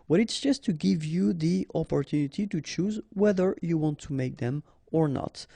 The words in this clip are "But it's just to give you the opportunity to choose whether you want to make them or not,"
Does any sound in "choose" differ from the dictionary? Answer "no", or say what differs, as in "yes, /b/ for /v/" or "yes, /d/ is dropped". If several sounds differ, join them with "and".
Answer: no